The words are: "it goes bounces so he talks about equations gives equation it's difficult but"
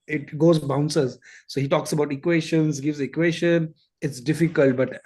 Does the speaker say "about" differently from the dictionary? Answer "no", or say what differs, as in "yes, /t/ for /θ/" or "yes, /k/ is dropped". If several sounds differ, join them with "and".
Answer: no